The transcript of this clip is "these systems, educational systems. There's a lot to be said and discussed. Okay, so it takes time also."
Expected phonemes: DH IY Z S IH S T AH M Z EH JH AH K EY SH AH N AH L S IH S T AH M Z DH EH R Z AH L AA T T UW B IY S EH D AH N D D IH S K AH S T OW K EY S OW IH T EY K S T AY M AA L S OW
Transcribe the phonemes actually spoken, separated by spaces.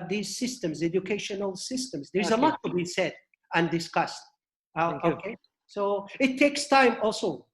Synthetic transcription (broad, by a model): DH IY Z S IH S T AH M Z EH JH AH K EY SH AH N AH L S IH S T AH M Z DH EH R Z AH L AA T T UW B IY S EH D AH N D D IH S K AH S T OW K EY S OW IH T EY K S T AY M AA L S OW